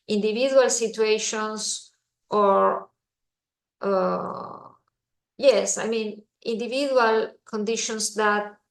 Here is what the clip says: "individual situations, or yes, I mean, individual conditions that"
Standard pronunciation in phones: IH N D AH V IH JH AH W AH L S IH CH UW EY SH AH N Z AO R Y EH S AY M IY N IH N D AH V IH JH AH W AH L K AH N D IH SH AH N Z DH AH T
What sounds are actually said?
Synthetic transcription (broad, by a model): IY N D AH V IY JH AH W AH L S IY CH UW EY SH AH N S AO R Y EH S AY M IY N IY N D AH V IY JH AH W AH L K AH N D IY SH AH N S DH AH T